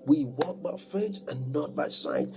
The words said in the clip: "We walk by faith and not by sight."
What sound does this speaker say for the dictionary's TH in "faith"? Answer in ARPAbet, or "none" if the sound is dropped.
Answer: S